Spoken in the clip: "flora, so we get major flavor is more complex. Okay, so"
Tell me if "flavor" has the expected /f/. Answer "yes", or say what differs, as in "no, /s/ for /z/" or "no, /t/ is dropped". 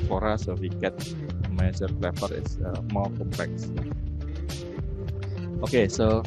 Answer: no, /p/ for /f/